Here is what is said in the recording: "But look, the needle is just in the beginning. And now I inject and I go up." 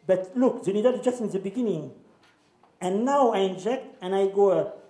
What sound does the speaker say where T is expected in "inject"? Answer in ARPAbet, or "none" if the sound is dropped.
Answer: T